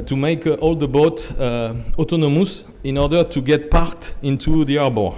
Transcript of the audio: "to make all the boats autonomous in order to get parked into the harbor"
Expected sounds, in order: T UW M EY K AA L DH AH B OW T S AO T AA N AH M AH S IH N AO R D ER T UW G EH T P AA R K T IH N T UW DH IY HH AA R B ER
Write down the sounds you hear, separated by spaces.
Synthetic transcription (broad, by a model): T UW M EY K AA L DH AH B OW T AO T AA N AH M AH S IH N AO R D ER T UW G EH T P AA R K T IH N T UW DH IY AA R B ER